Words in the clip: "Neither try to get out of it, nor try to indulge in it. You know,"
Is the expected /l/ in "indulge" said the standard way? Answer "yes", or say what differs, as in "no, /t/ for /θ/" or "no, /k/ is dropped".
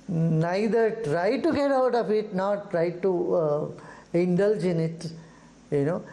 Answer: yes